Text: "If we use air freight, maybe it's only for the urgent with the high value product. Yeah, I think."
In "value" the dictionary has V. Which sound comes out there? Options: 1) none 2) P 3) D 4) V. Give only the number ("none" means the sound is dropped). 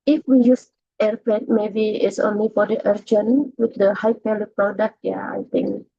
2